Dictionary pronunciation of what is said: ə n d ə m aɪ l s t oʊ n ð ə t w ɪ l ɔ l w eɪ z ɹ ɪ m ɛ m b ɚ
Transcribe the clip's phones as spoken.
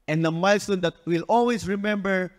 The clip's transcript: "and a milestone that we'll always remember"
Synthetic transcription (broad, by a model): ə n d ə m aɪ l s t oʊ n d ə t w ɪ l ɔ l w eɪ s ɹ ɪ m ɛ m b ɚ